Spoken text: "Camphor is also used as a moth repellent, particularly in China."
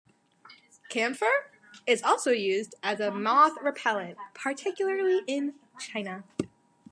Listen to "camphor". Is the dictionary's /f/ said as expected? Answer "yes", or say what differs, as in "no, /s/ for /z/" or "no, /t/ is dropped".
yes